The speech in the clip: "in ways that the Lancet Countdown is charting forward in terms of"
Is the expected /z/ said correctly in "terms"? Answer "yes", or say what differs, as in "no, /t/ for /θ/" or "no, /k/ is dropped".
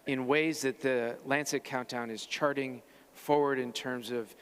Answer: yes